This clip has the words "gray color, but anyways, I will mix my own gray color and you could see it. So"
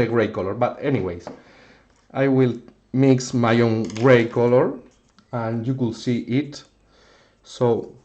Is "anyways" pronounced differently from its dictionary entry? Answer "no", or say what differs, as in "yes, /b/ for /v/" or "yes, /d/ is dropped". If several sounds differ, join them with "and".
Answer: yes, /s/ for /z/